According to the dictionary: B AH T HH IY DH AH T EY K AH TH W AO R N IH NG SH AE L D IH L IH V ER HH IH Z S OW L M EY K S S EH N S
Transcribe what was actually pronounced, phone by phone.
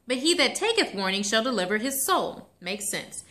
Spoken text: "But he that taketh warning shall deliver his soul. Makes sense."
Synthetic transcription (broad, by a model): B AH T HH IY DH AH T EY K AH TH W AO R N IH NG SH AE L D IH L IH V ER IH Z S OW L M EY K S S EH N S